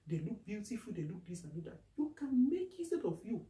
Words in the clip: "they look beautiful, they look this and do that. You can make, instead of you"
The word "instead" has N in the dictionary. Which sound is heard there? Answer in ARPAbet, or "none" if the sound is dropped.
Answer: none